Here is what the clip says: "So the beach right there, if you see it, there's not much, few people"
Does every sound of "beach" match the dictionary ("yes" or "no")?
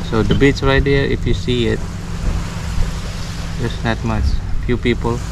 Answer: no